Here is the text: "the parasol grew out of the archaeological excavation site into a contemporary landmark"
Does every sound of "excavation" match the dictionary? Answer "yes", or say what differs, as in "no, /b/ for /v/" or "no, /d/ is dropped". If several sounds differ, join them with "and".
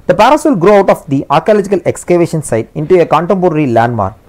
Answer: yes